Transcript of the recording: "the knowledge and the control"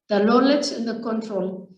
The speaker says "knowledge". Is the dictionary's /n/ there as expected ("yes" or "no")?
no